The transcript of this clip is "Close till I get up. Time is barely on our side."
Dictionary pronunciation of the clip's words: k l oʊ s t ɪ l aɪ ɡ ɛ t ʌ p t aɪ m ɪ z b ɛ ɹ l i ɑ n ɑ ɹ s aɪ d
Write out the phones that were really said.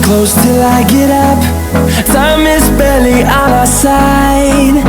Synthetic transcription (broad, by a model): k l oʊ s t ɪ l aɪ ɡ ɛ t ʌ p s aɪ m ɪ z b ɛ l i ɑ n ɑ s aɪ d